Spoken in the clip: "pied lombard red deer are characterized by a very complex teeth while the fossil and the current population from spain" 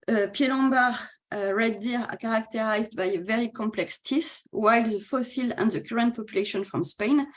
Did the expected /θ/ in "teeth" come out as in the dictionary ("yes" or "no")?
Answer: no